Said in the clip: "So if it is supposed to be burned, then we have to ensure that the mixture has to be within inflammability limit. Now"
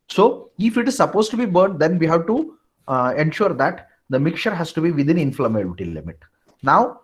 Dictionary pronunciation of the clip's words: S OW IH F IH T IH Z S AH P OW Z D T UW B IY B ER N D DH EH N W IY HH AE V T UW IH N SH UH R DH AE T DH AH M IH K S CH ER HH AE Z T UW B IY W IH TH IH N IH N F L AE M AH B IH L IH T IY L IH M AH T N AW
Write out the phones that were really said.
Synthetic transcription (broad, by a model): S OW IH F IH T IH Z S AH P OW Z T UW B IY B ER N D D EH N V IY HH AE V T UW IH N SH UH R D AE T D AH M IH K CH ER HH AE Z T UW B IY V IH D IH N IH N F L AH M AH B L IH T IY L IH M AH T N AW